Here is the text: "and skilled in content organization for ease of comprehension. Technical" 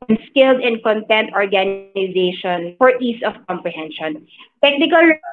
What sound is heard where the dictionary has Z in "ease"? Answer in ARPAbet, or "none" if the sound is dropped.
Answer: S